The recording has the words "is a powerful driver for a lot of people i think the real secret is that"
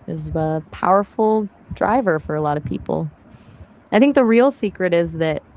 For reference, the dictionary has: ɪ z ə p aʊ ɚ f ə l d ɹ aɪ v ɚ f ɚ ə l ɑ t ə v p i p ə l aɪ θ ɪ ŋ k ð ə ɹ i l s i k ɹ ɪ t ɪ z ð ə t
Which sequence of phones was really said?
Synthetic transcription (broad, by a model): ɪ z ə p aʊ ɚ f l d ɹ aɪ v ɚ f ɚ ə l ɑ t ə v p i p l aɪ θ ɪ ŋ k ð ə ɹ i l s i k ɹ ɪ t ɪ z ð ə t